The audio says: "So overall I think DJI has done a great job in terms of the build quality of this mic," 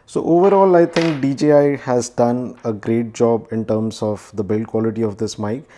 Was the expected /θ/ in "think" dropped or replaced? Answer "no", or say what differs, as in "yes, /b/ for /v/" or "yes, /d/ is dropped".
yes, /t/ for /θ/